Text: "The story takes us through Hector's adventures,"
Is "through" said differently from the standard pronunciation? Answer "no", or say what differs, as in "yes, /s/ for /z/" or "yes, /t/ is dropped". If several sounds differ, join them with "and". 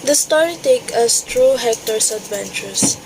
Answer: yes, /t/ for /θ/